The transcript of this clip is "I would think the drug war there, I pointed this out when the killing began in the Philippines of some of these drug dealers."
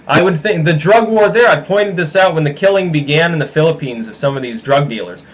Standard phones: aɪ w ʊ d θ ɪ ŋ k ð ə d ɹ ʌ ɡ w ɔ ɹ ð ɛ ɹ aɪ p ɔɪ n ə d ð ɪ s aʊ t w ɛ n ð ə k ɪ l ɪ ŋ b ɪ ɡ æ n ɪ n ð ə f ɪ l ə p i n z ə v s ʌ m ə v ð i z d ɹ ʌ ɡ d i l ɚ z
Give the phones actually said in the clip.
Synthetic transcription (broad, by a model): aɪ w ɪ d θ ɪ ŋ k ð ə d ɹ ʌ ɡ w ɔ ɹ ð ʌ ɹ aɪ p ɔɪ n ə d ð ɪ s aʊ t w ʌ n ð ə k ɪ l ɪ ŋ b ɪ ɡ æ n ɪ n ð ə f ɪ l ə p i n z ə v s ʌ m ə v ð i z d ɹ ʌ ɡ d i l ɚ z